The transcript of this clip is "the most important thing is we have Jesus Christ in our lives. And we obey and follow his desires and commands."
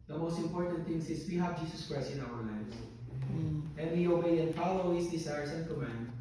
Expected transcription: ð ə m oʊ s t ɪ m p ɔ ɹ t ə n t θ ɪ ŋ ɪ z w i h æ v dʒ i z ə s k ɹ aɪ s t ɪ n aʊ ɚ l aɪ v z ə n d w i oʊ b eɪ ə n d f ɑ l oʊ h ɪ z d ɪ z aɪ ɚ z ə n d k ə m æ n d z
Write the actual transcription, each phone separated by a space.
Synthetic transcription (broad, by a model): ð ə m oʊ s t ɪ m p ɔ ɹ t ə n t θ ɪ ŋ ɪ s w i h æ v dʒ i s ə s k ɹ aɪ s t ɪ n aʊ ɚ l aɪ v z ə n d w i oʊ b eɪ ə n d f ɑ l oʊ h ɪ s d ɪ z aɪ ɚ s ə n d k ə m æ n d